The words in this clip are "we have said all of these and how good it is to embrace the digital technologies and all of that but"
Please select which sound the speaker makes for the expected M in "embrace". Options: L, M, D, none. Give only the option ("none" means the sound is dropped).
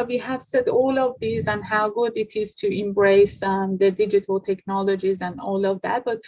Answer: M